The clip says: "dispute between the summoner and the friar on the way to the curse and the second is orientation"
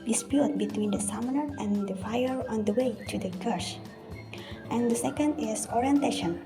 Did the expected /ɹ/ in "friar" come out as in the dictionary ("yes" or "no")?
no